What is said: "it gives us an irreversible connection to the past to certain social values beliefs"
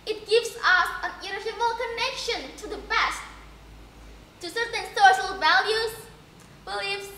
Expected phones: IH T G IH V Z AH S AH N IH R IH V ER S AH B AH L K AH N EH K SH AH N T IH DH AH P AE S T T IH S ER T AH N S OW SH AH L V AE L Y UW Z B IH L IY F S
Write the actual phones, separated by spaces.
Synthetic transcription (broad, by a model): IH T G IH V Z AH S AH N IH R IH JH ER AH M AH L K AH N EH K SH AH N T IH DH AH B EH S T T IH S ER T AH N S OW SH AH L V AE L Y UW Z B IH L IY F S